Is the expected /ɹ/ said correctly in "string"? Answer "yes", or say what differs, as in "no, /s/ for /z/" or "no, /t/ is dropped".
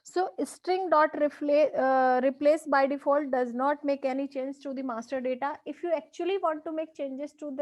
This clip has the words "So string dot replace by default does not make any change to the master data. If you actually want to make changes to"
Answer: yes